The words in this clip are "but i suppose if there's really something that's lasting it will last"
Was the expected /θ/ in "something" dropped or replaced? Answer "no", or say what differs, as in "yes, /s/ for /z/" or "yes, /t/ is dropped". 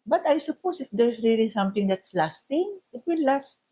yes, /t/ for /θ/